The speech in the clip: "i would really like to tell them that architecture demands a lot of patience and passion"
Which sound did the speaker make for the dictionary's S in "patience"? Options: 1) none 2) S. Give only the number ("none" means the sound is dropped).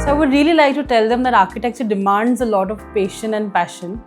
1